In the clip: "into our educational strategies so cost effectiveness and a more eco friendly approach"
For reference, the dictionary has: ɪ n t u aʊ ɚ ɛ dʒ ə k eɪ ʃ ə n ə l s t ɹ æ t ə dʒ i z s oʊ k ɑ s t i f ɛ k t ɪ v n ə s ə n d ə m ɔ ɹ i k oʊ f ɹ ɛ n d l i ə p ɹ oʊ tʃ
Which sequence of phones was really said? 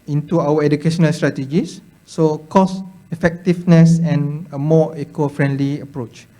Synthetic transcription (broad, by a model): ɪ n t u aʊ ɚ ɛ dʒ ə k eɪ ʃ ə n ə l s t ɹ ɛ t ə dʒ i s oʊ k ɑ s i f ɛ k t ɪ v n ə s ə n ə m ɔ i k oʊ f ɹ ɛ n d l i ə p ɹ oʊ tʃ